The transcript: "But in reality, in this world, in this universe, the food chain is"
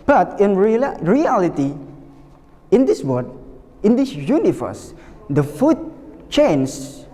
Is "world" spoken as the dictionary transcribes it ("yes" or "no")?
no